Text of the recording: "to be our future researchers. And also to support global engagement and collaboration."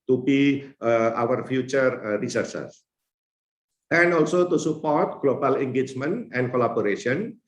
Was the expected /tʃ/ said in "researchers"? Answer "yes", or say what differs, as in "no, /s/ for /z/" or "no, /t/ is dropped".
no, /s/ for /tʃ/